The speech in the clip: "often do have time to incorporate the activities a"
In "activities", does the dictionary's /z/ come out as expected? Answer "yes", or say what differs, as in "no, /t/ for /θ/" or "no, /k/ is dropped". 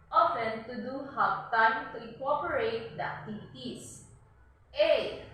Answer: no, /s/ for /z/